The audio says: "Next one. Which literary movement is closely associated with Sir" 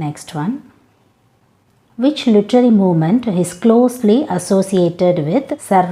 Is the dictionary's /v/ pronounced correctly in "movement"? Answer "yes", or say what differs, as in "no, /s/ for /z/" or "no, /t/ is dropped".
yes